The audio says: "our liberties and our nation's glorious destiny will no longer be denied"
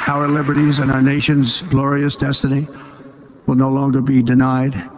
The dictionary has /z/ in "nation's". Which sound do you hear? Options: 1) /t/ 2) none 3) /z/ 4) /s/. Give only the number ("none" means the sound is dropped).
3